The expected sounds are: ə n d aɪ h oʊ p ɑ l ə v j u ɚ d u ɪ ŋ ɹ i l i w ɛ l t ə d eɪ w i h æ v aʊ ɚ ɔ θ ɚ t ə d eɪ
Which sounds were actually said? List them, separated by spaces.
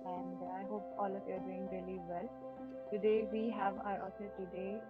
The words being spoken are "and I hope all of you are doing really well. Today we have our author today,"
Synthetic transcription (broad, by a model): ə n d aɪ h oʊ p ɑ l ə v j u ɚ d u ɪ ŋ ɹ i l i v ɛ l t ə d eɪ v i h æ v aʊ ɚ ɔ s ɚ t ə d eɪ